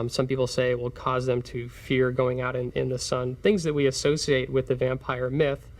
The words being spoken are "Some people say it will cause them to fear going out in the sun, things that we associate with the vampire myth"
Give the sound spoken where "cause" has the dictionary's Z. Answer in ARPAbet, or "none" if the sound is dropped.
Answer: Z